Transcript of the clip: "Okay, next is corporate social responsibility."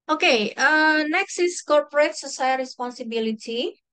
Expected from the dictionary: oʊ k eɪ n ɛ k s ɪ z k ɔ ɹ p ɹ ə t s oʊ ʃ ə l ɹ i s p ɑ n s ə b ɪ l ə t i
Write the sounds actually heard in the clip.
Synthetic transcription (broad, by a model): oʊ k eɪ n ɛ k s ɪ s k ɔ ɹ p ɹ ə t s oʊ s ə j ɹ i s p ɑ n s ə b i l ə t i